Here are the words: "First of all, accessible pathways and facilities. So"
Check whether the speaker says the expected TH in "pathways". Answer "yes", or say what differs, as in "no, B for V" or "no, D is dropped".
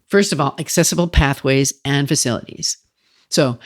yes